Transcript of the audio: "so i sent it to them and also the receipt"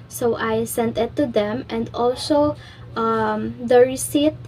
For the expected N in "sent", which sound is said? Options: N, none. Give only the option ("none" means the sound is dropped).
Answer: N